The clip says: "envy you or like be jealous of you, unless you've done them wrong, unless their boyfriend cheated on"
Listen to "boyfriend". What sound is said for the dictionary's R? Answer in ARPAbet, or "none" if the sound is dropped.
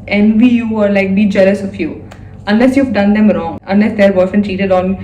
none